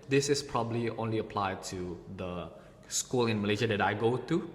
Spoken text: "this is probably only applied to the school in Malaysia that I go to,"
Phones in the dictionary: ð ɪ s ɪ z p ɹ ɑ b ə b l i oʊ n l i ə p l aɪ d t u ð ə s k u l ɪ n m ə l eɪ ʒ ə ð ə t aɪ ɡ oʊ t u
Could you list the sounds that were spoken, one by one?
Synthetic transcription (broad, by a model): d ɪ s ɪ s p ɹ ɑ b ə b l i oʊ n l i ə p l aɪ d t u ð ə s k u l ɪ n m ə l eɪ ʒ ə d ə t aɪ ɡ oʊ t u